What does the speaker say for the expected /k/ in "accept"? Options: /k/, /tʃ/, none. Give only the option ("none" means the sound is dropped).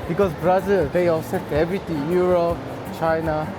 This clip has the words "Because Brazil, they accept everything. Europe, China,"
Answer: none